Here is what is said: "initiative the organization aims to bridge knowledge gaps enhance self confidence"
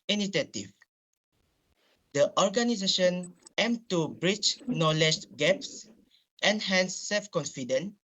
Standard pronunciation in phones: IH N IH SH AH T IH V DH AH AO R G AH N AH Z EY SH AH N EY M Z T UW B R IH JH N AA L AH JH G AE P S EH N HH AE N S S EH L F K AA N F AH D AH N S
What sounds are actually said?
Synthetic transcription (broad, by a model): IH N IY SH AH T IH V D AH AO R G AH N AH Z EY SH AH N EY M T UW B R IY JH N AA L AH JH G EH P S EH N HH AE N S S EH L F K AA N F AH D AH N